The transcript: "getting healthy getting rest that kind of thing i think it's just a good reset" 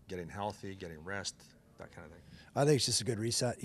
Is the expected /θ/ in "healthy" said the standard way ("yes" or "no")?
yes